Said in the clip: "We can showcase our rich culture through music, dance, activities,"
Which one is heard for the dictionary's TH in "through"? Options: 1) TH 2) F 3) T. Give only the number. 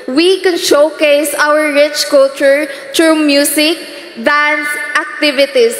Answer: 3